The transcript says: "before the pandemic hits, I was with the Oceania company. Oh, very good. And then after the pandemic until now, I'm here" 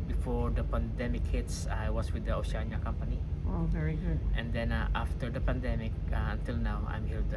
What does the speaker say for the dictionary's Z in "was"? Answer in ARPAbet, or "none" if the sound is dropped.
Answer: S